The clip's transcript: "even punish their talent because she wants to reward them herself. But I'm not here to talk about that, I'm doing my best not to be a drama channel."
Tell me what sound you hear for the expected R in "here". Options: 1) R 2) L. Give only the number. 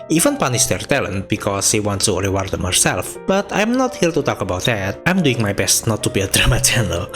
2